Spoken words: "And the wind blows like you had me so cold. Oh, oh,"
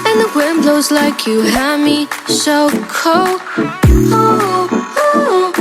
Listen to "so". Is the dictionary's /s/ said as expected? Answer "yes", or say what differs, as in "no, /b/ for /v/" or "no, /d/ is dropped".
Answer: no, /ʃ/ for /s/